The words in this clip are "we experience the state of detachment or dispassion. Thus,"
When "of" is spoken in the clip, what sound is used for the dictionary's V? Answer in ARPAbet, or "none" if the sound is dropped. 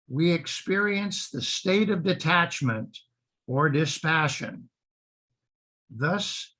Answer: V